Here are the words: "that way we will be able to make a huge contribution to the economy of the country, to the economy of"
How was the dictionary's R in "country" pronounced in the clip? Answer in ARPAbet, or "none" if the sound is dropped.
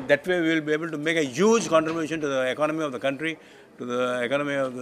R